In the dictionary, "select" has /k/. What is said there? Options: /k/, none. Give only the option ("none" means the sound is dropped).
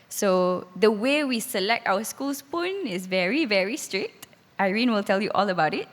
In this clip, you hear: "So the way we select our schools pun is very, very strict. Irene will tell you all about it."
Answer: /k/